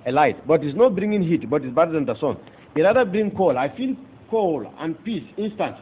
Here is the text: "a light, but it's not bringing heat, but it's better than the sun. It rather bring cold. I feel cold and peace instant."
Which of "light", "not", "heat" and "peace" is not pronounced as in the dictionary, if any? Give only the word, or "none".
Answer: none